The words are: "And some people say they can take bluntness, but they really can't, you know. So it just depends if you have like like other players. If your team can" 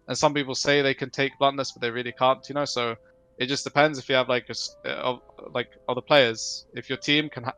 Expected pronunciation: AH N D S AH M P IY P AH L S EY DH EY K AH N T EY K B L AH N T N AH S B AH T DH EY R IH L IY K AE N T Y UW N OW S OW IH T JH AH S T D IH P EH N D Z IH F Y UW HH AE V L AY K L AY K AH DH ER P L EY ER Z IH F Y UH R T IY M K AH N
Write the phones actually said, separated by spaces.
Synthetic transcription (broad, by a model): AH N S AH M P IY P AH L S EY DH EY K AH N T EY K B L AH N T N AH S B AH T DH EY R IH L IY K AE N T Y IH N OW S OW IH T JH AH S D IH P EH N D Z IH F Y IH V L AY K L AY K AH DH ER P L EY ER Z IH F Y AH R T IY M K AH N